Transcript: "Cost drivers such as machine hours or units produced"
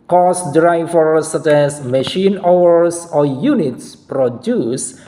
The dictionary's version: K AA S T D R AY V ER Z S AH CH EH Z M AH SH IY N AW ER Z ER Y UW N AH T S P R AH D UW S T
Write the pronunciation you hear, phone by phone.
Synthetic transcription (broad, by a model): K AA S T D R AY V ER S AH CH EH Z M AH SH IY N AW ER S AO Y UW N AH T S P R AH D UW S